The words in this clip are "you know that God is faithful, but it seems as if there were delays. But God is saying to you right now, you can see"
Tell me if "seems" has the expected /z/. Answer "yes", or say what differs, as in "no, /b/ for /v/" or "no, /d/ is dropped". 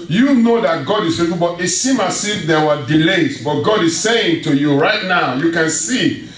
no, /z/ is dropped